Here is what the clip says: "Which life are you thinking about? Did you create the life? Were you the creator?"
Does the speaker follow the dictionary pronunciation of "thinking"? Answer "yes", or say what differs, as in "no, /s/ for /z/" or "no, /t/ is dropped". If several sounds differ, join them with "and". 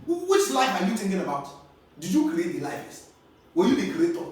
no, /t/ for /θ/